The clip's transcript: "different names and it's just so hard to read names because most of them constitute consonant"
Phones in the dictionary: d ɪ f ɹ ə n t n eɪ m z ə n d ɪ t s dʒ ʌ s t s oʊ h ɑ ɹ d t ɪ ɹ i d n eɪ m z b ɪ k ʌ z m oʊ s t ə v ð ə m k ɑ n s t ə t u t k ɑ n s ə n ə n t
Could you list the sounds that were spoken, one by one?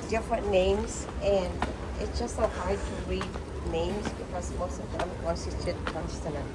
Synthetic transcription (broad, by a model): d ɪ f ɹ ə n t n eɪ m z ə n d ɪ t s dʒ ʌ s t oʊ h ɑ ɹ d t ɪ ɹ i d n eɪ m z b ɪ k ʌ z m oʊ s t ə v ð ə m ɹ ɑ s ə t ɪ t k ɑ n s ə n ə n